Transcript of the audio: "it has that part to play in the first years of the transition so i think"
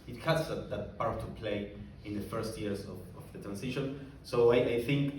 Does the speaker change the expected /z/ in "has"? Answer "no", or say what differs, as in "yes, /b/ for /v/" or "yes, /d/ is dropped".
yes, /s/ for /z/